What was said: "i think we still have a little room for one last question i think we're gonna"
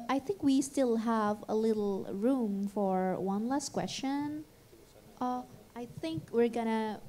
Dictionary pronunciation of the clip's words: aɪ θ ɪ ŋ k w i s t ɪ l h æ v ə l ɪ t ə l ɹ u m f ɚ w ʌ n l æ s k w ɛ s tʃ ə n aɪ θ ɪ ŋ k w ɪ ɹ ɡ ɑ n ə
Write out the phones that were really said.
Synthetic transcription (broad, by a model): aɪ θ ɪ ŋ k w i s t ɪ l h æ v ə l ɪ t l ɹ u m f ɚ w ʌ n l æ s k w ɛ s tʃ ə n aɪ θ ɪ ŋ k w ɪ ɹ ɡ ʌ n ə